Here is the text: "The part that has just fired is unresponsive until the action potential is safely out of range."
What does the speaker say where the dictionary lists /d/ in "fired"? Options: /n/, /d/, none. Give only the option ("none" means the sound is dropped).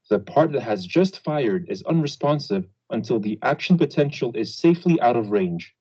/d/